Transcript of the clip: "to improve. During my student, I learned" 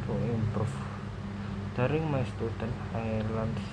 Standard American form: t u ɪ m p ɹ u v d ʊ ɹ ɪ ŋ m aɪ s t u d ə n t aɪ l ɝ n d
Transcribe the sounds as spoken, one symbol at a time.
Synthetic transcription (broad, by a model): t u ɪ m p ɹ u f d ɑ ɹ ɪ ŋ m aɪ s t u d ə n t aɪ l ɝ n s